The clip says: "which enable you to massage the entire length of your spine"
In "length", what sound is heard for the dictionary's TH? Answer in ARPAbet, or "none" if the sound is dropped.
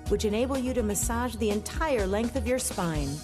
TH